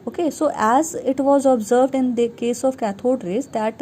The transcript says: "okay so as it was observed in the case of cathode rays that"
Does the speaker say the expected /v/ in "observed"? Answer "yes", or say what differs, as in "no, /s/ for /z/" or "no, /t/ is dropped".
yes